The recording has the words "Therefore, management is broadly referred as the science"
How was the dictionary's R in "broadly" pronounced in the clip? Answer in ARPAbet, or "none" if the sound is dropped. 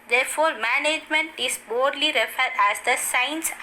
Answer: none